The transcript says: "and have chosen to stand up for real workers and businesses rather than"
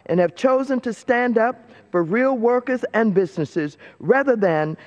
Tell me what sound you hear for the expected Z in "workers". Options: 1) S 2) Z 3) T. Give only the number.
2